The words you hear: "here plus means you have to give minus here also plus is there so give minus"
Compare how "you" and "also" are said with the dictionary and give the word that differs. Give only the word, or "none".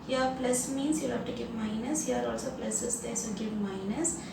none